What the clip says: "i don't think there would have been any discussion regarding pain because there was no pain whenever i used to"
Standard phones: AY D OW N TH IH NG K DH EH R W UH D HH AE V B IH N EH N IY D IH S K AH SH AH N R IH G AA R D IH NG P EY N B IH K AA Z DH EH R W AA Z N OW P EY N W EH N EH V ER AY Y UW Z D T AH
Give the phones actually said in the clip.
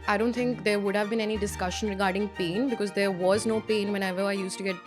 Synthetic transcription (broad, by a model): AY D OW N T IH NG K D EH R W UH D HH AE V B IH N EH N IY D IH S K AH SH AH N R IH G AA R D IH NG P EY N B IH K AA Z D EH R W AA Z N OW P EY N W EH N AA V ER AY Y UW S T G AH